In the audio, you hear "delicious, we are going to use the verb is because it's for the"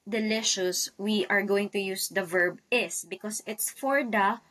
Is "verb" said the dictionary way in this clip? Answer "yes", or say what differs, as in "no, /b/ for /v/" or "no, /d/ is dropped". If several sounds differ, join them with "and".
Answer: yes